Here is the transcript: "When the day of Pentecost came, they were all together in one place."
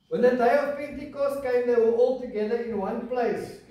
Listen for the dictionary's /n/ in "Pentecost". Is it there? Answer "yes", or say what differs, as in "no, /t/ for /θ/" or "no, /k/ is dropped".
no, /n/ is dropped